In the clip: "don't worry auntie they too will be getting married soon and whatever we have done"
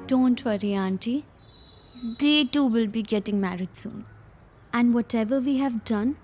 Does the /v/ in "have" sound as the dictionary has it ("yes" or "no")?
yes